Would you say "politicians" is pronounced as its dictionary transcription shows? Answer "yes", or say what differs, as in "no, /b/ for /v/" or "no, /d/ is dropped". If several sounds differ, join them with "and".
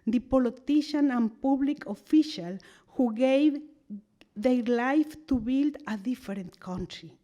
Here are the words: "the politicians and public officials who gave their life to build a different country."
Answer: no, /z/ is dropped